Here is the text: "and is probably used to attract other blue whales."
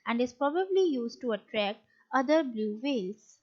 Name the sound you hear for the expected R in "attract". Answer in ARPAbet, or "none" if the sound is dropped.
R